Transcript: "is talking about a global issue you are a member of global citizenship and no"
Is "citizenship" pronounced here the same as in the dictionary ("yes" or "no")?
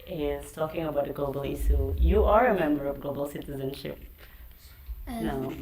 yes